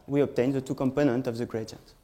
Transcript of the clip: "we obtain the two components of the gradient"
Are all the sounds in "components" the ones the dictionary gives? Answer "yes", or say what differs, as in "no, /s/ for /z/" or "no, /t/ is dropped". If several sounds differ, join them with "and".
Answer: no, /s/ is dropped